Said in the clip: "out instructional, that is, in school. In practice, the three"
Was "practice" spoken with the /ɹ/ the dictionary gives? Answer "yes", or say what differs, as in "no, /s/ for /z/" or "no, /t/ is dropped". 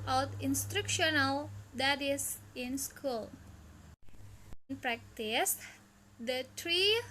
yes